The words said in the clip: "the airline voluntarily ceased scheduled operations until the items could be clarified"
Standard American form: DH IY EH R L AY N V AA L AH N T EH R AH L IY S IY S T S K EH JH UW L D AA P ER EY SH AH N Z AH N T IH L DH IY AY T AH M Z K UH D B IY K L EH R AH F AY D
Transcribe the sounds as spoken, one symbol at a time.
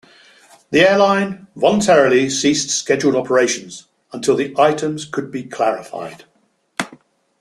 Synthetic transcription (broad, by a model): DH IY EH L AY N V AA L AH N T EH R AH L IY S IY S T S K EH JH UW L D AA P ER EY SH AH N Z AH N T IH L DH IY AY T AH M Z K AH D B IY K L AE R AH F AY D